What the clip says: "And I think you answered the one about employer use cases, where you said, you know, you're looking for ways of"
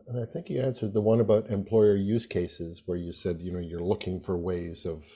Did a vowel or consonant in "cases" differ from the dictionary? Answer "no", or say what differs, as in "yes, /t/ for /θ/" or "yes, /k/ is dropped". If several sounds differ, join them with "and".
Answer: no